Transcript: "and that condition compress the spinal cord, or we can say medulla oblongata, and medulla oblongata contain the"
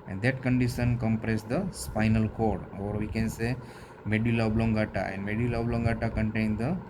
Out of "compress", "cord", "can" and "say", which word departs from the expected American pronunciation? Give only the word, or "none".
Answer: none